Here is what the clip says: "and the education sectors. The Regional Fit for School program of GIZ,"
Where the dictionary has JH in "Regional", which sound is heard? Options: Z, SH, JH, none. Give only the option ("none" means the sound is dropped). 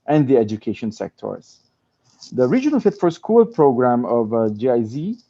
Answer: JH